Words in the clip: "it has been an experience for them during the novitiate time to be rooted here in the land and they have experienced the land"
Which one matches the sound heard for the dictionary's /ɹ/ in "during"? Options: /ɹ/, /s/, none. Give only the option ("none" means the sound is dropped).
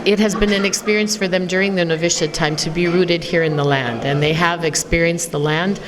/ɹ/